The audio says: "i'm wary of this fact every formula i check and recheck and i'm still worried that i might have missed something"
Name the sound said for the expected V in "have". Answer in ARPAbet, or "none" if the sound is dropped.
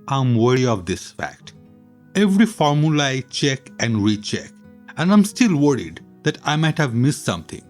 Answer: V